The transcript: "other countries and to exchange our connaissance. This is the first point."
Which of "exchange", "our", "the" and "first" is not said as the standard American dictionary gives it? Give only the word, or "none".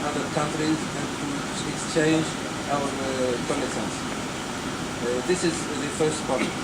none